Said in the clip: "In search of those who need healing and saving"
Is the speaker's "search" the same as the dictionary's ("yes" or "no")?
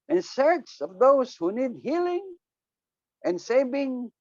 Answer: no